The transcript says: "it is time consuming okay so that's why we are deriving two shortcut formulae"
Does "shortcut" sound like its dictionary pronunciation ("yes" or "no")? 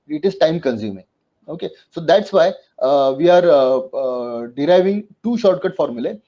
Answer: yes